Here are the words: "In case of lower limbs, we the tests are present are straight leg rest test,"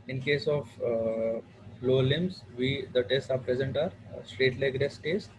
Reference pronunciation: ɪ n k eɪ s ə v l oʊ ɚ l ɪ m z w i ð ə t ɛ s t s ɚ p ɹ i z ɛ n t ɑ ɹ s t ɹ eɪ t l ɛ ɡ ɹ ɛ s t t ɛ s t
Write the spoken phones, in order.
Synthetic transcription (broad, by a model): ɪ n k eɪ s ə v l oʊ l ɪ m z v i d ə t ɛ s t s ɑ p ɹ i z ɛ n t ɑ ɹ s t ɹ eɪ t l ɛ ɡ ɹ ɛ s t t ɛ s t